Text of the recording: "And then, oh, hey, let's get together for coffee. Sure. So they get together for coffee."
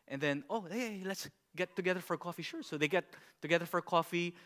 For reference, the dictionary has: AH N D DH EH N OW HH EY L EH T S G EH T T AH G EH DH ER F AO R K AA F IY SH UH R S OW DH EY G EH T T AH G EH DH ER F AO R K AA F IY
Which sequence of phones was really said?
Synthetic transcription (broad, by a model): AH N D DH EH N OW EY L EH T S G EH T T AH G EH DH ER F AO R K AA F IY SH UH R S OW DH EY G EH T T AH G EH DH ER F AO R K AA F IY